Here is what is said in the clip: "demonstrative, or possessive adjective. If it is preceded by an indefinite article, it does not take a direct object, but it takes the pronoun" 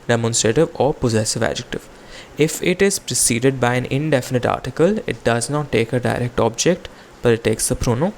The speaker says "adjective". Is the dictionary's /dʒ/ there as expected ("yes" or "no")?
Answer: yes